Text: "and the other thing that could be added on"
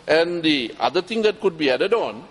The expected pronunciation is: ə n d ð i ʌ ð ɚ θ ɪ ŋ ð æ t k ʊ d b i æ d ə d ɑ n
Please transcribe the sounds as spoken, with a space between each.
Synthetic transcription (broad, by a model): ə n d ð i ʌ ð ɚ t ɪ ŋ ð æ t k ʊ d b i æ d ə d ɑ n